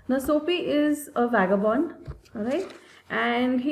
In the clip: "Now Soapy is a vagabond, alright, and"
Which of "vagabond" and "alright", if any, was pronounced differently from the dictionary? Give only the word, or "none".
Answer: alright